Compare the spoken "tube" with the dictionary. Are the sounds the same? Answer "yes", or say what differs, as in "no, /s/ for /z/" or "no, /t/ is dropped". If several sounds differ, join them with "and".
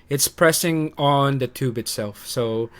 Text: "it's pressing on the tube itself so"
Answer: yes